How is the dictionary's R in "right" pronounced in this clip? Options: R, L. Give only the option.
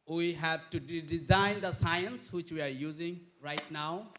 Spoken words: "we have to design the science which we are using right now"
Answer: R